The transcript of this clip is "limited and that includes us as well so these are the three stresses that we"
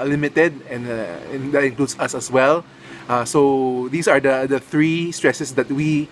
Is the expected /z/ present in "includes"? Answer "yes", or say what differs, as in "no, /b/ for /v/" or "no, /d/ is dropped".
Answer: no, /s/ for /z/